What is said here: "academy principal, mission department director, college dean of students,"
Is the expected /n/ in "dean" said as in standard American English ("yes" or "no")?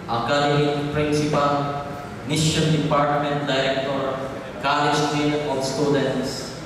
no